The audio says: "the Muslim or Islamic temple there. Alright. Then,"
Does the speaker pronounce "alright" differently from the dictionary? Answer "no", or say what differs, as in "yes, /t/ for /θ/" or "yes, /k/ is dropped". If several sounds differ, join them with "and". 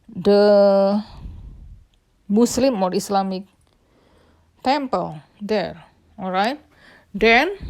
no